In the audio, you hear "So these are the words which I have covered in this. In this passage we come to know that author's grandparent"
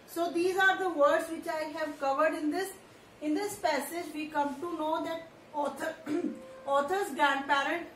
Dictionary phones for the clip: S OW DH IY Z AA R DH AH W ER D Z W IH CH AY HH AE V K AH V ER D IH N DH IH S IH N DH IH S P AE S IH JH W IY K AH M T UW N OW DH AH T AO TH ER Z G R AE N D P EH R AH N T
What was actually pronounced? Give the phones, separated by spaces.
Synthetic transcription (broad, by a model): S OW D IY Z AA R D AH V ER D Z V IH CH AY HH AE V K AH V ER D IH N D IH S IH N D IH S P AE S IH JH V IY K AH M T UW N OW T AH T AO T ER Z G R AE N D P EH R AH N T